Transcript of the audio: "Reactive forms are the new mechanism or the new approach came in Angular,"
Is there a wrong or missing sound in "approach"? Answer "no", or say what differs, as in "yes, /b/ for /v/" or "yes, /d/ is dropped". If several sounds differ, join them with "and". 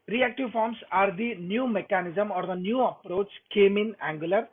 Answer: no